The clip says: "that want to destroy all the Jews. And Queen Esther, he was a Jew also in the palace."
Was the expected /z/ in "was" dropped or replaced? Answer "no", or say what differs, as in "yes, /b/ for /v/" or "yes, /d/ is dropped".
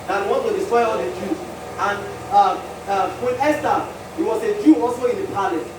yes, /s/ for /z/